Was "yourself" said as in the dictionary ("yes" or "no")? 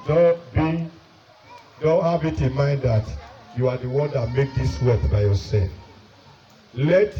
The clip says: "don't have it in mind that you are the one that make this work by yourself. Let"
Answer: no